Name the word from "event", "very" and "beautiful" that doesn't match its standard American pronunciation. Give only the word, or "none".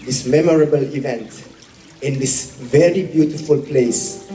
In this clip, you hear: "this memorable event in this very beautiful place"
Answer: none